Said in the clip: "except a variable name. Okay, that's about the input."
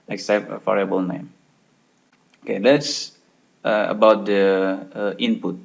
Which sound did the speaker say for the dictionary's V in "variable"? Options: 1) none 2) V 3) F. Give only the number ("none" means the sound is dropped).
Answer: 3